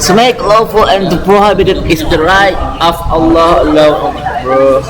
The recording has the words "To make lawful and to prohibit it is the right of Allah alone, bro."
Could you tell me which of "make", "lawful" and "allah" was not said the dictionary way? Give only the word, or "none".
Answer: none